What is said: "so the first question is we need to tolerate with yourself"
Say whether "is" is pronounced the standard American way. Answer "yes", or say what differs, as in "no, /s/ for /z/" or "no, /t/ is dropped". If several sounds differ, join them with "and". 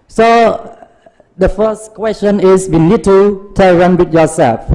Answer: no, /s/ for /z/